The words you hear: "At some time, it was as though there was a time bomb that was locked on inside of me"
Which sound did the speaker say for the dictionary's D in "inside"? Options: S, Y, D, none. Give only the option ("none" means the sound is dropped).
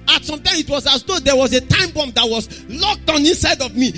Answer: D